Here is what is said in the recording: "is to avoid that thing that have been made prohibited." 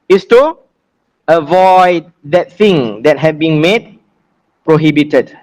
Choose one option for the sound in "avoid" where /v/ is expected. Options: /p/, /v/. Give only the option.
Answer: /v/